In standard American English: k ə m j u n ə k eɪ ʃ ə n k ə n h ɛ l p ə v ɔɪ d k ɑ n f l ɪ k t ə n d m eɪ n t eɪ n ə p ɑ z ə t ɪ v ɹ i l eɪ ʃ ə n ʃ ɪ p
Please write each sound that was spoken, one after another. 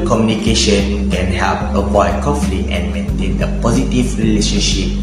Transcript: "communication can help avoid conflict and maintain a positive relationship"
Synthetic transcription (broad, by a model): k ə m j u n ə k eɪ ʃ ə n k ə n h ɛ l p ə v ɔɪ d k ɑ f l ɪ t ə n m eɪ n t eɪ n ə p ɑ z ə t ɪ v ɹ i l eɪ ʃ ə n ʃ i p